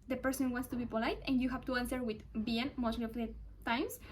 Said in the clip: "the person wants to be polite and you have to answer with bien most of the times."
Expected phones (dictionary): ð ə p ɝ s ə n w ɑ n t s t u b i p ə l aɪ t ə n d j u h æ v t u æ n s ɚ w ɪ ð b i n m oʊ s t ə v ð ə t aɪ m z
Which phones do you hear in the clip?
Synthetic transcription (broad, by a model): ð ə p ɝ s ə n w ɑ n t s t u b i p ə l aɪ t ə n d j u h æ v t u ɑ n s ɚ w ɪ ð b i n m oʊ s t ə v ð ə t aɪ m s